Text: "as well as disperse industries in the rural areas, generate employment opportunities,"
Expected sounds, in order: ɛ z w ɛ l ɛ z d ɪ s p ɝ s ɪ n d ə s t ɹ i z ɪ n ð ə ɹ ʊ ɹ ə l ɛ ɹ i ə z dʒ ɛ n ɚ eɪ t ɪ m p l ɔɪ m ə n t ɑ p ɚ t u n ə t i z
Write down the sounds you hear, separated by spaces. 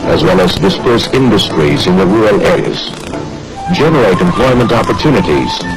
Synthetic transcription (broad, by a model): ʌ z w ɛ l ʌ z d ɪ s p ɝ s ɪ n d ə s t ɹ i z ɪ n ð ə ɹ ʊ ɹ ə l ɛ ɹ i ə z dʒ ɛ n ɚ eɪ t ɪ m p l ɔɪ m ə n t ɑ p ɚ t u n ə t i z